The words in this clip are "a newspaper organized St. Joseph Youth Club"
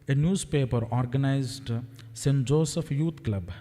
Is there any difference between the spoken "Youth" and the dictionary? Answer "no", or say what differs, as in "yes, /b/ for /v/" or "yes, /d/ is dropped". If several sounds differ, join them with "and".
yes, /t/ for /θ/